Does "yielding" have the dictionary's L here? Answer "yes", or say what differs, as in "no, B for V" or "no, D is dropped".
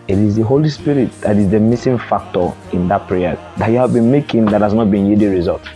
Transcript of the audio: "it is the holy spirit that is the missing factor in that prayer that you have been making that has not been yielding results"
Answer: no, L is dropped